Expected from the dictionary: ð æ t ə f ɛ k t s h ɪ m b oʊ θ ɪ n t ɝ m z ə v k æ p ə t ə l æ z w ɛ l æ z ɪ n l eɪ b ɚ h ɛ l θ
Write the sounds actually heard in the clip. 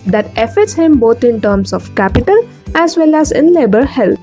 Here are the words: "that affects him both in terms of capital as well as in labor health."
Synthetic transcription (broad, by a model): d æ t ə f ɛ t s h ɪ m b oʊ t ɪ n t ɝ m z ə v k æ p ə t ə l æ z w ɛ l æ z ɪ n l eɪ b ɚ h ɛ l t